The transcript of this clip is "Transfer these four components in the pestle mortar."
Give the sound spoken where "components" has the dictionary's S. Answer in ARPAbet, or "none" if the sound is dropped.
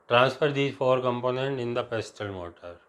none